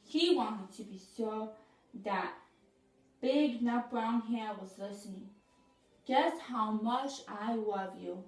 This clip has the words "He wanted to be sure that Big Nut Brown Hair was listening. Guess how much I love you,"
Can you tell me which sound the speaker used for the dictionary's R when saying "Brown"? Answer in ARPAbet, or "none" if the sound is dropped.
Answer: R